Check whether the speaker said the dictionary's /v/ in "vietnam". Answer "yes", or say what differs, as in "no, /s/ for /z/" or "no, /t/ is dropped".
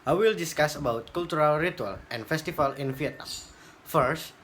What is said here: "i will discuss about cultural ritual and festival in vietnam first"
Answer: no, /f/ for /v/